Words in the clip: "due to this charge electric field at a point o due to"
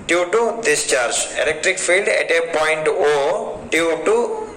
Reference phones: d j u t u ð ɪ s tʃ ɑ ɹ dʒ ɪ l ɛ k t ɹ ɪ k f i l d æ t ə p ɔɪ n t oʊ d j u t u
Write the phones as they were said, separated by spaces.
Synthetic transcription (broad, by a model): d j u t u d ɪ s tʃ ɑ ɹ dʒ ɪ l ɛ k t ɹ ɪ k f i l d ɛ t ə p ɔɪ n t oʊ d j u t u